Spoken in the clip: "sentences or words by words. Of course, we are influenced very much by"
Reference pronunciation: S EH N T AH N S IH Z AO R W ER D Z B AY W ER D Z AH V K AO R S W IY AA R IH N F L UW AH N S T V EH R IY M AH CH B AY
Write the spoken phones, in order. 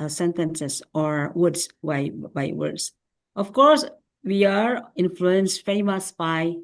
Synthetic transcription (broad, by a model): S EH N T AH N S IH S AO R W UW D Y B AY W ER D S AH F K AO R S W IY AA R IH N F L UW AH N S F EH IY M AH S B AY